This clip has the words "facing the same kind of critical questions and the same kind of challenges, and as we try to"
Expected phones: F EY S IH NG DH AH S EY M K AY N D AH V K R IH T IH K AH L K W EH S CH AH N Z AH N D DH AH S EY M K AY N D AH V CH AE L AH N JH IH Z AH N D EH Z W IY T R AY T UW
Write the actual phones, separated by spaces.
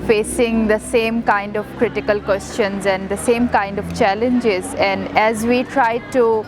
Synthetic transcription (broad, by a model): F EY S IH NG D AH S EY M K AY N D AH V K R IH T IH K AH L K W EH S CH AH N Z AH N D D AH S EY M K AY N D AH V CH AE L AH N JH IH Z AH N D EH Z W IY T R AY T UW